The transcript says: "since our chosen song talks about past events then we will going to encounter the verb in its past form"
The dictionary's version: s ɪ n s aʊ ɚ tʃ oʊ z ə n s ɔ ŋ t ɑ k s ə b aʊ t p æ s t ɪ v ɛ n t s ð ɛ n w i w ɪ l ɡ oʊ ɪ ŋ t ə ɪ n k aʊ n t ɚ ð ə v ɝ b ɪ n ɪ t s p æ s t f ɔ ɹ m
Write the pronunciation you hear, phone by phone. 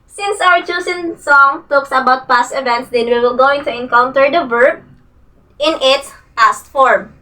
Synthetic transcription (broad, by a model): s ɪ n s aʊ ɚ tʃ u s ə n s ɔ ŋ t ɑ k s ə b aʊ t p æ s t ɪ v ɛ n t s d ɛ n w i w ɪ l ɡ oʊ ɪ ŋ t ə ɪ n k aʊ n t ɚ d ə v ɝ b ɪ n ɪ t s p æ s t f ɔ ɹ m